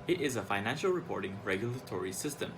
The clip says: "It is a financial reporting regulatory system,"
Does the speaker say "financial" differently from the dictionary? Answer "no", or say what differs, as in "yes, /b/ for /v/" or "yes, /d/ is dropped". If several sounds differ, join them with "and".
no